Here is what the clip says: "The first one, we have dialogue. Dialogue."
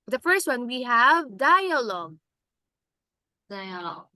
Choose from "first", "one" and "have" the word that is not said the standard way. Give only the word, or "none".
none